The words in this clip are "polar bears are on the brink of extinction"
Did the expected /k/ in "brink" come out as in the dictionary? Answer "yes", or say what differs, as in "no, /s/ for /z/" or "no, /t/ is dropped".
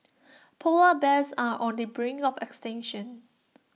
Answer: no, /k/ is dropped